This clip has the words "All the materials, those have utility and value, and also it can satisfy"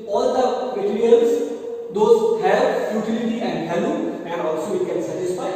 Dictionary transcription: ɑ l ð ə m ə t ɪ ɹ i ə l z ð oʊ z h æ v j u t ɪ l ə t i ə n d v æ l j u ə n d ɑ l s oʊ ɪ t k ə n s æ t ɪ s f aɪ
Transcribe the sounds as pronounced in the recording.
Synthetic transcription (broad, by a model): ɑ l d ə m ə t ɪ ɹ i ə l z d oʊ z h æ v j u t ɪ l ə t i ə n d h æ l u ə n d ɑ l s oʊ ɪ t k ə n s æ t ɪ s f aɪ